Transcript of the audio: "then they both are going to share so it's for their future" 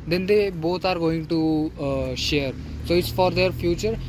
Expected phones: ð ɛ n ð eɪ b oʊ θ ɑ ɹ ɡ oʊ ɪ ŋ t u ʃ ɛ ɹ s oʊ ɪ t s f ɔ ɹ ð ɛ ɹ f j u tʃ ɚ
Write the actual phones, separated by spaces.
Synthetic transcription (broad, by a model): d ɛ n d eɪ b oʊ t ɑ ɹ ɡ oʊ ɪ ŋ t u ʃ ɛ ɹ s oʊ ɪ t s f ɔ ɹ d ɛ ɹ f j u tʃ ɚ